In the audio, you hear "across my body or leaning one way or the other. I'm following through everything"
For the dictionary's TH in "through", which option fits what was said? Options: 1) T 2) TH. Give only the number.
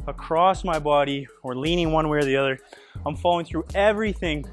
2